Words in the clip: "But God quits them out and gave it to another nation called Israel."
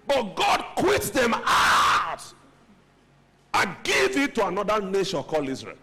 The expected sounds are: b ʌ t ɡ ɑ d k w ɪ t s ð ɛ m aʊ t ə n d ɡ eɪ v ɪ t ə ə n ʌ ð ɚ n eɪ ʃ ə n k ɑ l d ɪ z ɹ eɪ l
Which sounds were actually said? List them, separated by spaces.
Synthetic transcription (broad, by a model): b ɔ t ɡ ɑ d k w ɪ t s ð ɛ m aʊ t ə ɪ ɡ eɪ v ɪ t ə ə n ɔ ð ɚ n eɪ ʃ ə n k ɑ l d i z ɹ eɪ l